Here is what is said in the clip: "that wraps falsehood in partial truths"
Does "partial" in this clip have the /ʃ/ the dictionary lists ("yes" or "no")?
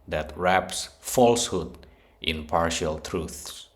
yes